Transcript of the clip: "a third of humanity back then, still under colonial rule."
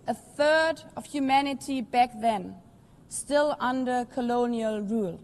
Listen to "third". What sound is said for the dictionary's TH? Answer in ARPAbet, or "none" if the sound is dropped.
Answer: TH